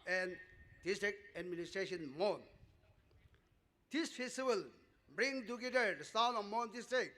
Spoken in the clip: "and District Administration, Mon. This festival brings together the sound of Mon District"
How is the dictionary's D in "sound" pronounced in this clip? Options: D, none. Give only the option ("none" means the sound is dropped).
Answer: none